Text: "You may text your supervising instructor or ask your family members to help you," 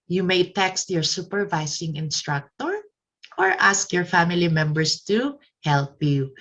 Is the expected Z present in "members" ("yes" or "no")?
no